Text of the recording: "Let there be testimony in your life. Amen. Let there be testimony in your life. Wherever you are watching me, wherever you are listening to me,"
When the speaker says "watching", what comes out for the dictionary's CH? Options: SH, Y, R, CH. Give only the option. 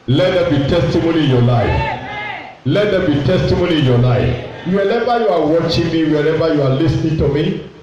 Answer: CH